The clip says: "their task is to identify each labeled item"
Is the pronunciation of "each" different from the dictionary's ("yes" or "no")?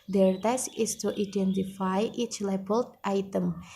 no